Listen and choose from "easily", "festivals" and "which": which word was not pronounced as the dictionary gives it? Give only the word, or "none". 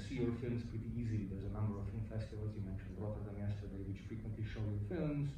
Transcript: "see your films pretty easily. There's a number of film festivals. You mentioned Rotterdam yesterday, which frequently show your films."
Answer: none